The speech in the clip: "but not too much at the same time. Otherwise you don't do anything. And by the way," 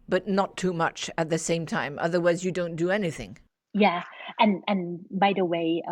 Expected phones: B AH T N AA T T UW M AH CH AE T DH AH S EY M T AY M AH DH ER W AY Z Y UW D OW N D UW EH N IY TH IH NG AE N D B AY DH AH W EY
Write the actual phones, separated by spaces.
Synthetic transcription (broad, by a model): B AH T N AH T T UW M AH CH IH T DH AH S EY M T AY M AH DH ER W AY Z Y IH D OW N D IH EH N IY TH IH NG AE N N B AY DH AH W EY